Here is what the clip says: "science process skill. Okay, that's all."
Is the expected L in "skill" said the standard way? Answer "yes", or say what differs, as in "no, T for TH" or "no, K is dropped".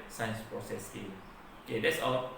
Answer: no, N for L